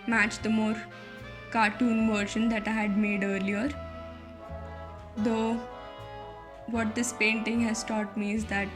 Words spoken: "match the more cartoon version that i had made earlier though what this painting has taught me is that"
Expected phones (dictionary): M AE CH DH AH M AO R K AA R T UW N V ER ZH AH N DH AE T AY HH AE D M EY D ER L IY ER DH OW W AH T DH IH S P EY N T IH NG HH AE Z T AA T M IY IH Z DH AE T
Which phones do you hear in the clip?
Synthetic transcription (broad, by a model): M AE CH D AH M AO R K AA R T UW N V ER SH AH N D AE T AY HH AE D M EY D ER L IY ER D OW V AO T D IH S P EY N T IH NG HH AE Z T AA T M IY IH Z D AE T